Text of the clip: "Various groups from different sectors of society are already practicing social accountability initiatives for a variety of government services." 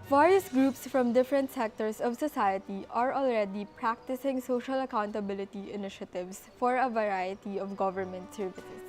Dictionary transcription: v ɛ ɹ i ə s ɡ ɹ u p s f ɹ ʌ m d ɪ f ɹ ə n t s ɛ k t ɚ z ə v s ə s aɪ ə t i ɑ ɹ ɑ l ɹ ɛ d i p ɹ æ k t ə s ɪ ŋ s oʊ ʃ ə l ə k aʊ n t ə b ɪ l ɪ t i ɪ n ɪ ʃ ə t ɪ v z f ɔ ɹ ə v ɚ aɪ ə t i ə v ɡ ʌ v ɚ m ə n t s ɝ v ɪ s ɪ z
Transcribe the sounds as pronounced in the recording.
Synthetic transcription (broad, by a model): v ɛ ɹ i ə s ɡ ɹ u p s f ɹ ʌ m d ɪ f ɹ ə n t s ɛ k t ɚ s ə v s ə s aɪ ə t i ɑ ɹ ɑ l ɹ ɛ d i p ɹ æ k t ə s ɪ ŋ s oʊ ʃ ə l ə k aʊ n t ə b ɪ l ɪ t i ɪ n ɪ ʃ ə t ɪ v s f ɔ ɹ ə v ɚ aɪ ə t i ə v ɡ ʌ v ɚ m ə n t s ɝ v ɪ s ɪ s